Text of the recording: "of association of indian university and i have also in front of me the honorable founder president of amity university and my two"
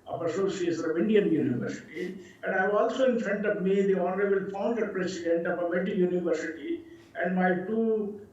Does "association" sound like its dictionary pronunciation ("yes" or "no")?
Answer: no